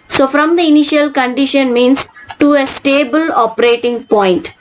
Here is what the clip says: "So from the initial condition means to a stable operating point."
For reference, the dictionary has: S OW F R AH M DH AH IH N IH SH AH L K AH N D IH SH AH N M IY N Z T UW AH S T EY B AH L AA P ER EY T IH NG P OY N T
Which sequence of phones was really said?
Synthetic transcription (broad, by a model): S OW F R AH M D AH IH N IH SH AH L K AH N D IH SH AH N M IY N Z T UW AH S T EY B AH L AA P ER EY T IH NG P OY N T